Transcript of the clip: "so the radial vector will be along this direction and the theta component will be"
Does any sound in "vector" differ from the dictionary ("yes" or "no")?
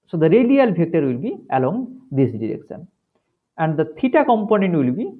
yes